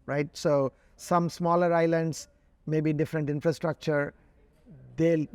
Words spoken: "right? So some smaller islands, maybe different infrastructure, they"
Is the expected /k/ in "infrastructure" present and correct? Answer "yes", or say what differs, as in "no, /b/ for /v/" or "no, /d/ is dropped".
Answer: yes